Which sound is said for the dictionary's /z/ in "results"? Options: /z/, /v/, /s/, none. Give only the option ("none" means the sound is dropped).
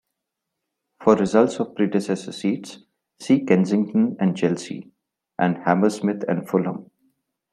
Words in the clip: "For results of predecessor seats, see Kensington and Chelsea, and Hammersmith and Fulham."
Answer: /z/